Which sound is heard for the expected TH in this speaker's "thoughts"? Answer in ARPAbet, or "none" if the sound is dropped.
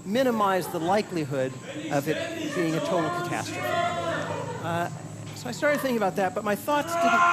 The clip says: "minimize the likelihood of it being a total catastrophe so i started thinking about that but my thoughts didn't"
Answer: TH